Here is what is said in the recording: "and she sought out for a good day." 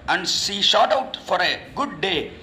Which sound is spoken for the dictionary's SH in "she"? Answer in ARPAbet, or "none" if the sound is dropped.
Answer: S